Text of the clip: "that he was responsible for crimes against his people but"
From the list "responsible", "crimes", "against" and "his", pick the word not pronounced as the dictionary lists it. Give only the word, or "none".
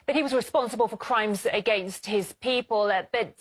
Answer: none